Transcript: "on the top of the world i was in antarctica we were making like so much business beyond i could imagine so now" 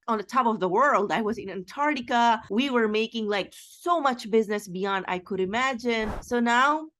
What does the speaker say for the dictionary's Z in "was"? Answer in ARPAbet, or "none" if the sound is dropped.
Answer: Z